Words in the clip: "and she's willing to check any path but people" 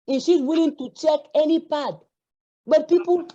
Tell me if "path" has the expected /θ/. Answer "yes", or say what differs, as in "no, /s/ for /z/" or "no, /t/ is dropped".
no, /t/ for /θ/